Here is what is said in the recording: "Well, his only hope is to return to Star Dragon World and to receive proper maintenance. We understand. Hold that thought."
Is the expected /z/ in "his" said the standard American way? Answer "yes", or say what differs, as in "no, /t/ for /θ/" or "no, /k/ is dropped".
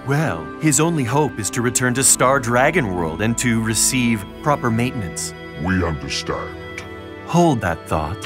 yes